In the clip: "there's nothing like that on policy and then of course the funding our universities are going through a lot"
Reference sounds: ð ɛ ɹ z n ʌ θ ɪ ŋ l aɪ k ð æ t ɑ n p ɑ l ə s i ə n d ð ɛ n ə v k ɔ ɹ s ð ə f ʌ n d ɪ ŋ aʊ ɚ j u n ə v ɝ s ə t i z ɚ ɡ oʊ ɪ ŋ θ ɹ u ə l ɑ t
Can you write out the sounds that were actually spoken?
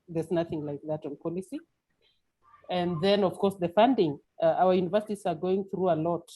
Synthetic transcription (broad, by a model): ð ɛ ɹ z n ʌ θ ɪ ŋ l aɪ k ð æ t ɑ n p ɑ l ə s i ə n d ð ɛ n ə v k ɔ ɹ s ð ə f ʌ n d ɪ ŋ aʊ ɚ j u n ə v ɝ s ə t i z ɚ ɡ oʊ ɪ ŋ θ ɹ u ə l ɑ t